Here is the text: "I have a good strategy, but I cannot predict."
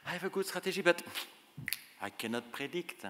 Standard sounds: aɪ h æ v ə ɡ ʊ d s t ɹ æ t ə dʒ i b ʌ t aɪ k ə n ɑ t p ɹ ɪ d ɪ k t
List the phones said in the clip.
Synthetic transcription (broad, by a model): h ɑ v ə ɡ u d s t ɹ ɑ t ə ʒ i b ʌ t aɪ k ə n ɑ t p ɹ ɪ d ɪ k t